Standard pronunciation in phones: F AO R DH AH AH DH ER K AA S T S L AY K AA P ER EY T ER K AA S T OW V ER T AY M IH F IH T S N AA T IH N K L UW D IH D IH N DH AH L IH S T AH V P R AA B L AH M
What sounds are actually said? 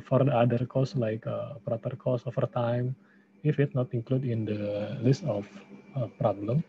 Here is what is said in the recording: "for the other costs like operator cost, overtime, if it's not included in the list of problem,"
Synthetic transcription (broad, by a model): F AO R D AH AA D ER K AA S S L AY K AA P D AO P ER K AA S OW F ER T AY M IH F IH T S N AA T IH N K L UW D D IH N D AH L IH S T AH F P R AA B L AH M